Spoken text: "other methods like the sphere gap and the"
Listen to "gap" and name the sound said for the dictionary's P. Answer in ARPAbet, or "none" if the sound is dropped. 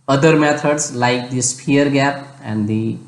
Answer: P